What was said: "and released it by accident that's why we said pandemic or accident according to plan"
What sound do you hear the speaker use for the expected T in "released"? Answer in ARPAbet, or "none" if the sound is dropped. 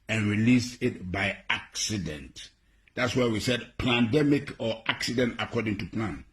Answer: none